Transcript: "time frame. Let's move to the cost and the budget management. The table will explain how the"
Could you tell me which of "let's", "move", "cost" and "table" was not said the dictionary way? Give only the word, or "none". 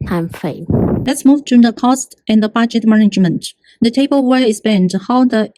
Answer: none